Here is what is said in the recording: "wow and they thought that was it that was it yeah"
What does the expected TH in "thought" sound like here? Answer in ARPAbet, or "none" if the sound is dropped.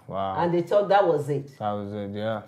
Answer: T